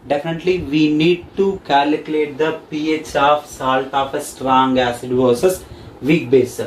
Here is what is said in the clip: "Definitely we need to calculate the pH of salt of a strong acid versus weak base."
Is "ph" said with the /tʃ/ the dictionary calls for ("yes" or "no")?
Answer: yes